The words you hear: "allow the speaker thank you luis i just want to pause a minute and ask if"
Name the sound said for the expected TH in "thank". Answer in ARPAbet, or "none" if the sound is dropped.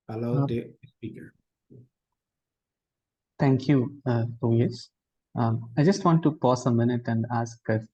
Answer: T